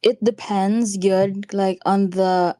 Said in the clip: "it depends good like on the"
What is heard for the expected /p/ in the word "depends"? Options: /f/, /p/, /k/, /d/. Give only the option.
/p/